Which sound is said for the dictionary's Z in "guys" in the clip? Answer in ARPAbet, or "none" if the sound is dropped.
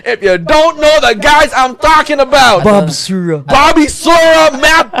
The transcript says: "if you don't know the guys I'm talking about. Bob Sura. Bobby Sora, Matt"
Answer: Z